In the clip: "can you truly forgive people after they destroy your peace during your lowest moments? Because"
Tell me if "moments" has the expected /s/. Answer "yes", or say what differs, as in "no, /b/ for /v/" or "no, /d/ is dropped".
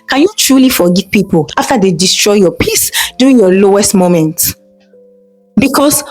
no, /s/ is dropped